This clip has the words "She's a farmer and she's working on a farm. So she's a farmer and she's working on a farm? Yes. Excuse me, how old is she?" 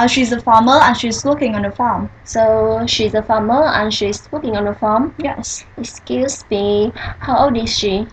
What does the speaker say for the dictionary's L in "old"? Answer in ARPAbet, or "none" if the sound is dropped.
none